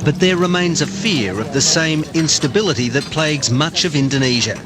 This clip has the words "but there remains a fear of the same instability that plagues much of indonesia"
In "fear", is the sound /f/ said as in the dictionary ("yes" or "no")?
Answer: yes